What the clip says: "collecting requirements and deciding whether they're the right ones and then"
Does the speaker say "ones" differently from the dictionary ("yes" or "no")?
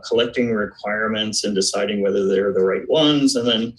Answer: no